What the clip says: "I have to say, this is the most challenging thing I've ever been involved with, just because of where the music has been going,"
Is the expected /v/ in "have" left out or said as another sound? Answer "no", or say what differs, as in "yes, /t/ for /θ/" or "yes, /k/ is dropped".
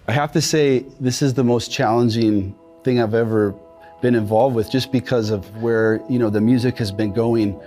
yes, /f/ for /v/